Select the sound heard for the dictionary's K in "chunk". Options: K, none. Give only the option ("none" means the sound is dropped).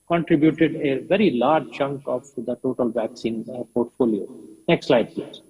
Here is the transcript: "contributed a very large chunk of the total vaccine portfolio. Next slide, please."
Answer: K